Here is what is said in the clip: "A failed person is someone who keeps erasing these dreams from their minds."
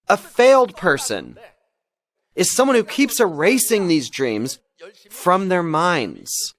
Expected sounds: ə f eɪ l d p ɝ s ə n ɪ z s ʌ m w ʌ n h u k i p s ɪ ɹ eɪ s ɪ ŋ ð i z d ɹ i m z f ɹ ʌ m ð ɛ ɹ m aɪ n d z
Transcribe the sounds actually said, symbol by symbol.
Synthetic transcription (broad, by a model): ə f eɪ l d p ɝ s ə n ɪ z s ʌ m w ʌ n h u k i p s ɪ ɹ eɪ s ɪ ŋ ð i z d ɹ i m z f ɹ ʌ m ð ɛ ɹ m aɪ n d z